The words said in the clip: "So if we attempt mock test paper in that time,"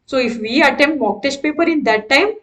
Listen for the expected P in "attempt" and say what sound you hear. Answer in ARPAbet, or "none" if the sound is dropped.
none